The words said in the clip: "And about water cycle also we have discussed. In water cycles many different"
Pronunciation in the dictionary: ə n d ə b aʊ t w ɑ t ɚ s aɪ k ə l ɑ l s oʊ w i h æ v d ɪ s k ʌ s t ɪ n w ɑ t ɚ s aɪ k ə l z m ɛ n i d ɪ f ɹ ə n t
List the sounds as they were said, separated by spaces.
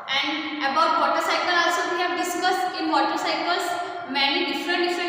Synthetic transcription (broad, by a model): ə n d ə b aʊ t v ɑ t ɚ s aɪ k ə l ɑ l s oʊ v i h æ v d ɪ s k ʌ s t ɪ n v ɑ t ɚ s aɪ k ə l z m ɛ n i d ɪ f ɹ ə n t